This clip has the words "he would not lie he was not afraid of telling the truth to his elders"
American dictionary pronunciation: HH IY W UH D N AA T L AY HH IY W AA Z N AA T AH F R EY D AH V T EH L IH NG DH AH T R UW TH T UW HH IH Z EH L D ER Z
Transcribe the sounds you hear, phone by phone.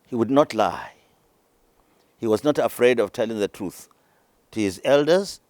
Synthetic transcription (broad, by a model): HH IY W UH D N AA T L AY HH IY W AA Z N AA T AH F R EY D AH V T EH L IH NG DH AH T R UW TH T UW HH IH Z EH L D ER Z